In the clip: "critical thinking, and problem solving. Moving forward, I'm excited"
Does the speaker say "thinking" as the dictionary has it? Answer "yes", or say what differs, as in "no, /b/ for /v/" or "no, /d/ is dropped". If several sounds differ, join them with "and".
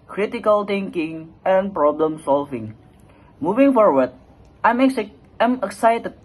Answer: no, /t/ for /θ/